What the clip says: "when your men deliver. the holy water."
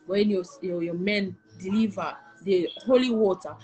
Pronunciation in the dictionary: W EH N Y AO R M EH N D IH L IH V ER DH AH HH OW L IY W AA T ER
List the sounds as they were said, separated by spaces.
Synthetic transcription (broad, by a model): W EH N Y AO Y M EH N D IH L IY V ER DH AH HH OW L IY W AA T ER